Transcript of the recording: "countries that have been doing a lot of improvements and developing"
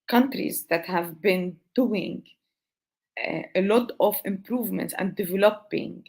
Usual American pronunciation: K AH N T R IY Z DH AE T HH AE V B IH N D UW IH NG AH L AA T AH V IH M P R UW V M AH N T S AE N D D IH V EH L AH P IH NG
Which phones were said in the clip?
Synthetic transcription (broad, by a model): K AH N T R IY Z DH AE T HH AE V B IH N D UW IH NG AH L AA T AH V IH M P R UW V M AH N T S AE N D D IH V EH L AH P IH NG